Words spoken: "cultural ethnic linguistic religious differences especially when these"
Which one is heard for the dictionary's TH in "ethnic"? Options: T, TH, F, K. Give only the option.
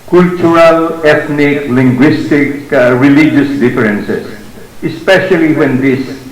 T